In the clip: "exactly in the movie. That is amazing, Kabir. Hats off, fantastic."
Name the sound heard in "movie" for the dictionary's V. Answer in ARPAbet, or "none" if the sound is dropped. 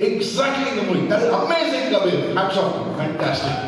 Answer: none